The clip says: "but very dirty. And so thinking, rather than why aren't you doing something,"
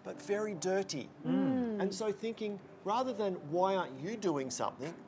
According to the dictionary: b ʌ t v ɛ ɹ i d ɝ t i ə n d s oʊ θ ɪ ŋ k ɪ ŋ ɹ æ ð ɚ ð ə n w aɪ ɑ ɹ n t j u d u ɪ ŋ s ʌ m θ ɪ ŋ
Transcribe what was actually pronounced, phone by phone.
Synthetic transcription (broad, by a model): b ʌ t v ɛ ɹ i d ɝ t i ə n s oʊ θ ɪ ŋ k ɪ ŋ ɹ æ ð ɚ ð ə n w aɪ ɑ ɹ n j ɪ d u ɪ ŋ s ʌ m θ ɪ ŋ